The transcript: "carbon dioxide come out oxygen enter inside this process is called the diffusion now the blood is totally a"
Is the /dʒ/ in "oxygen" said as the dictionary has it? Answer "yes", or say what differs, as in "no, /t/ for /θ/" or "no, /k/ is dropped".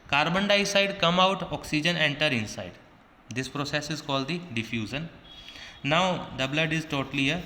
yes